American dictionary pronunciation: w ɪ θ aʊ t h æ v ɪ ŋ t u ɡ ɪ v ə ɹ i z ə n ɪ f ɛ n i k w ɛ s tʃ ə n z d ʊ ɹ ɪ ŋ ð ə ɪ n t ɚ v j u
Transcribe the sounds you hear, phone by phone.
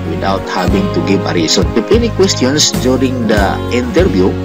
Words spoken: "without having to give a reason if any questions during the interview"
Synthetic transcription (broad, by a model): w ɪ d aʊ t h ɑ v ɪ ŋ t u ɡ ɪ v ə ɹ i s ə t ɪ p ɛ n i k w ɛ s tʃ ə n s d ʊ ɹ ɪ ŋ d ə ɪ n t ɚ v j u